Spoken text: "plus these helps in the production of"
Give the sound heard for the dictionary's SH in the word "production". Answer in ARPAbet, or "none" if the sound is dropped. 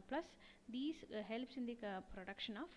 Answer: SH